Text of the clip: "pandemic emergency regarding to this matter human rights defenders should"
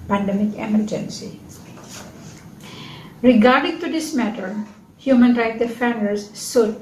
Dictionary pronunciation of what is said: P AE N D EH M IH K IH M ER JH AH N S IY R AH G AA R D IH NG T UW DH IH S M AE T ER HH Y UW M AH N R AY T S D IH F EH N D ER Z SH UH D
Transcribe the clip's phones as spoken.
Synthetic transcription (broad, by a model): P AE N D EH M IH K IH M ER JH AH N S IY R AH G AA R D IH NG T UW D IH S M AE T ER HH Y UW M AH N R AY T D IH F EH N D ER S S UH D